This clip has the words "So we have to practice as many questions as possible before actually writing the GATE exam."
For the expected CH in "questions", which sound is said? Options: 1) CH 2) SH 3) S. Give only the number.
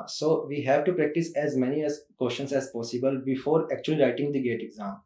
2